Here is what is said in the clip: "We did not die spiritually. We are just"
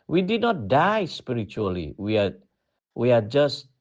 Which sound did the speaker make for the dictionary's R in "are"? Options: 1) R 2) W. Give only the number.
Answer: 2